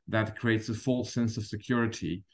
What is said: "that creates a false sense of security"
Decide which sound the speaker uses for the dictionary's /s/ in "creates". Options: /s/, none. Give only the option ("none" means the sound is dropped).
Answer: /s/